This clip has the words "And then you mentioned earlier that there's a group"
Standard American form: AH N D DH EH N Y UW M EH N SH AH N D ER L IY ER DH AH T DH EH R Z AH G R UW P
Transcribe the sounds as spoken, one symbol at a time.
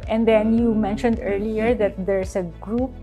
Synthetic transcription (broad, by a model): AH N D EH N Y UW M EH N SH AH N D ER L IY ER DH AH T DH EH R S AH G R UW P